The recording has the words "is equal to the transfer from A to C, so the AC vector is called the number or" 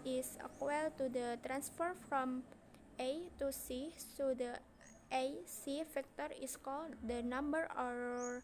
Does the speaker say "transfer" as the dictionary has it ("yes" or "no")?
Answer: yes